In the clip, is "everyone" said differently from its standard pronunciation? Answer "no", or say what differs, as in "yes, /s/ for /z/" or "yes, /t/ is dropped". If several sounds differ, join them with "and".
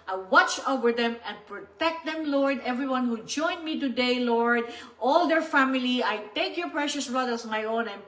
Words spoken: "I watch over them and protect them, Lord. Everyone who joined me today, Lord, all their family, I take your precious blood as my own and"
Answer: no